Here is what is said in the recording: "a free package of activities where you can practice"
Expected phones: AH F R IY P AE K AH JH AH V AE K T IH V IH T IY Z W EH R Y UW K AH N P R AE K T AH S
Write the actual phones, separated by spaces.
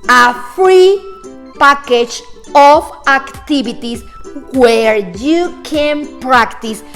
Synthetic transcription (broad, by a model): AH F R IY P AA K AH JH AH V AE K T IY B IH T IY S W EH R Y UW K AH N P R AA K T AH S